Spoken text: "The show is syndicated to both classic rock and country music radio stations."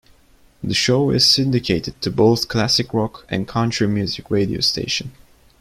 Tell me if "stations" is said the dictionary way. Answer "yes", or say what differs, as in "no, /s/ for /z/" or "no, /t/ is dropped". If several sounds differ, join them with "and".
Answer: no, /z/ is dropped